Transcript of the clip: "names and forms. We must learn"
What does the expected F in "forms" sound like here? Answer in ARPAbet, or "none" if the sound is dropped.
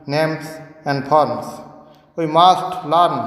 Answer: P